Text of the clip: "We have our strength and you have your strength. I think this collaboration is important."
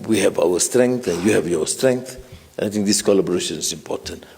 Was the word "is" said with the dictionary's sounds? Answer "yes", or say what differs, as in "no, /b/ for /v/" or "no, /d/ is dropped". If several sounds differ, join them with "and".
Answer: no, /s/ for /z/